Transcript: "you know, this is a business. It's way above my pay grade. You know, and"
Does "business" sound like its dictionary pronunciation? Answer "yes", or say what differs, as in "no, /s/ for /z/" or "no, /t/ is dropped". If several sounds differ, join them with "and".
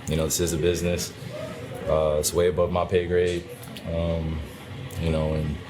yes